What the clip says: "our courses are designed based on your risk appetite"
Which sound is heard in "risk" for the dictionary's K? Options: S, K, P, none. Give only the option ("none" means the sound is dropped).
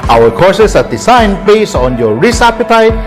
none